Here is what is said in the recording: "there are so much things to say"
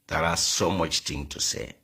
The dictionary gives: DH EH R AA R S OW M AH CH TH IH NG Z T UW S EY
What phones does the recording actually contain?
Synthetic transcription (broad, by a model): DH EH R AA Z S OW M AH CH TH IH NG T UW S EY